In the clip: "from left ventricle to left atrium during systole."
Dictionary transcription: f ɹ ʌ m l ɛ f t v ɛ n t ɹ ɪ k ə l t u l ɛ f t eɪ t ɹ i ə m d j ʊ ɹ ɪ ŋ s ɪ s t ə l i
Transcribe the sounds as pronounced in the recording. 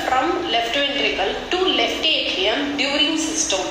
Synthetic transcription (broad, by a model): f ɹ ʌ m l ɛ f t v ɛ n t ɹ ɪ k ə l t u l ɛ f t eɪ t i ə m d j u ɹ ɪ ŋ s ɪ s t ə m